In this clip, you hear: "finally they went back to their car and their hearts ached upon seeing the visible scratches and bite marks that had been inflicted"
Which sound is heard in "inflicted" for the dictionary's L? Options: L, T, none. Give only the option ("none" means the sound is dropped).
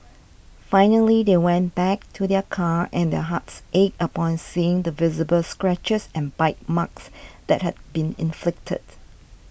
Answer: L